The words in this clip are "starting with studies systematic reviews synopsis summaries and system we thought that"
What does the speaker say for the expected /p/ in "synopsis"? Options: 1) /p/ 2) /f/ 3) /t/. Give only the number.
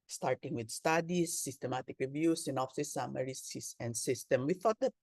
2